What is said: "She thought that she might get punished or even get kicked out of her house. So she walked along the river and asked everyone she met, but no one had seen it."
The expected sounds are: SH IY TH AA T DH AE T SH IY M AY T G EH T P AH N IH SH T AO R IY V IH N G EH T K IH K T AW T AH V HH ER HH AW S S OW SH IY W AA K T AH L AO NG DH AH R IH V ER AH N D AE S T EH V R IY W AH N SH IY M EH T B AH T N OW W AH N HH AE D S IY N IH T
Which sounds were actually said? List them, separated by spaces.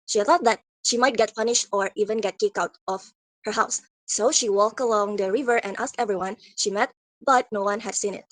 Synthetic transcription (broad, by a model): SH IY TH AA T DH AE T SH IY M AY T G EH T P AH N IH SH T AO R IY V IH N G EH T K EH K AW T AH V HH ER HH AW S S OW SH IY W AA K T AH L AO NG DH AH R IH V ER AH N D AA S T EH V R IY W AH N SH IY M EH T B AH T N OW W AH N HH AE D S IY N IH T